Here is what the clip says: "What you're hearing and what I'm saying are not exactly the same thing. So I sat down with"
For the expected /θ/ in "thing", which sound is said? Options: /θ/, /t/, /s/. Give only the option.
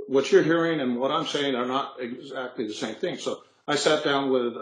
/θ/